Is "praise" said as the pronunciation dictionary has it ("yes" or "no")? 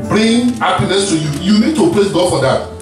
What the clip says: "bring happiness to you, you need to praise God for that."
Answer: no